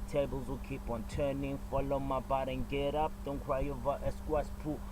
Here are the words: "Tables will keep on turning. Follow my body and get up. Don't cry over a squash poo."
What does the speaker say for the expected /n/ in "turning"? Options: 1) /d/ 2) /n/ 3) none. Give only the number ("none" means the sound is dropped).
2